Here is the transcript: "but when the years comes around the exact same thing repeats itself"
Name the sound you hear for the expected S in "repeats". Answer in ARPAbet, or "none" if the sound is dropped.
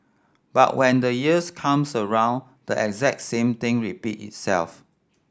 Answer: none